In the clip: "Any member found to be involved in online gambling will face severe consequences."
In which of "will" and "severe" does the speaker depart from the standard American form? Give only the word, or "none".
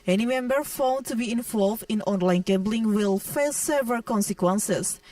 severe